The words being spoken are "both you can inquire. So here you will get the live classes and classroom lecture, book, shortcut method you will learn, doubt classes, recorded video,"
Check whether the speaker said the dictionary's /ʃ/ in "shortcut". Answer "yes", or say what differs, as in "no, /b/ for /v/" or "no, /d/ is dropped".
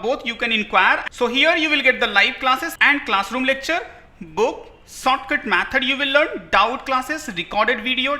no, /s/ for /ʃ/